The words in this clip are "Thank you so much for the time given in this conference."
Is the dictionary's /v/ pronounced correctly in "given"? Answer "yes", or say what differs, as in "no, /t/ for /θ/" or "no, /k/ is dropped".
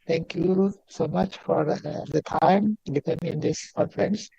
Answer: no, /p/ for /v/